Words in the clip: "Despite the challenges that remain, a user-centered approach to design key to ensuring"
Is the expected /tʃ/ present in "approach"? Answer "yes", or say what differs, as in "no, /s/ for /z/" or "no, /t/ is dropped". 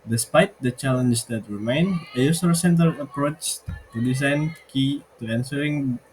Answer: yes